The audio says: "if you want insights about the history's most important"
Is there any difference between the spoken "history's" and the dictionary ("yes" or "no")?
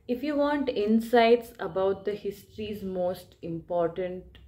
no